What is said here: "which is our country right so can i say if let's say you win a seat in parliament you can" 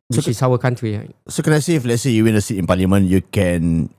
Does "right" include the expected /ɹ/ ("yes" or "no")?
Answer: no